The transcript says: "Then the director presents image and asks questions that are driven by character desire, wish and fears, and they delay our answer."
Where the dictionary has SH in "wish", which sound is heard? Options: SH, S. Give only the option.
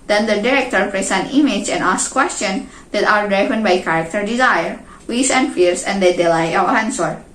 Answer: S